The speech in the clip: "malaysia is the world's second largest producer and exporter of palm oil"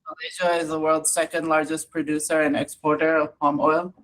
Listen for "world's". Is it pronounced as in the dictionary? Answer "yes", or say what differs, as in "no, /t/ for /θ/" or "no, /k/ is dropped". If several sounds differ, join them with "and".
yes